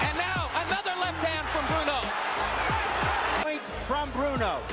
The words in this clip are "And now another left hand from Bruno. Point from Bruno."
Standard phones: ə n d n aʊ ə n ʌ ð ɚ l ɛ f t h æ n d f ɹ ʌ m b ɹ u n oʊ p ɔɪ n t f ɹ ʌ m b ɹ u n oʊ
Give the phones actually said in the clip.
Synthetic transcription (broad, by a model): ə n n aʊ ə n ʌ ð ɚ l ɛ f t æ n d f ɹ ʌ m b ɹ u n oʊ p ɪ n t f ɹ ʌ m b ɹ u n oʊ